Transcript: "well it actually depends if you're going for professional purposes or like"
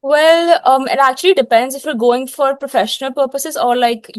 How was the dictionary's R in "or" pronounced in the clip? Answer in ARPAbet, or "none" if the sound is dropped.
R